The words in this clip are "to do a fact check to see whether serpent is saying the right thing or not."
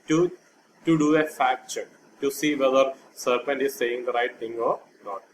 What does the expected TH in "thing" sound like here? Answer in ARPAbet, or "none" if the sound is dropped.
T